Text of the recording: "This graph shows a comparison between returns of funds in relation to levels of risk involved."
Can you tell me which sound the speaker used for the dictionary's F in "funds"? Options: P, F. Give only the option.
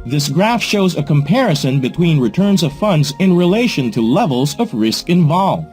F